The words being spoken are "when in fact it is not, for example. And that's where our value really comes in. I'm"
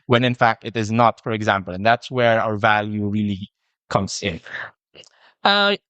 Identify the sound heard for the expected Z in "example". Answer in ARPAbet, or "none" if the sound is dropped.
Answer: Z